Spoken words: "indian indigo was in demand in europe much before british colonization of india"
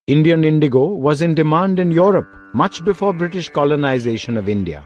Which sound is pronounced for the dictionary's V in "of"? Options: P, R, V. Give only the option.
V